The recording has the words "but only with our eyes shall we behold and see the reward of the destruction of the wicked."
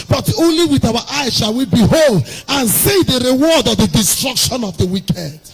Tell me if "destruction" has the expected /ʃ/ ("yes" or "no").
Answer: yes